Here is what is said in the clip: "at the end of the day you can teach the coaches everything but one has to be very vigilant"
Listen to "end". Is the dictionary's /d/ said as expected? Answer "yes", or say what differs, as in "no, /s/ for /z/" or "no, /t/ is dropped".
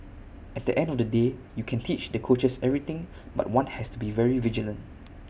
yes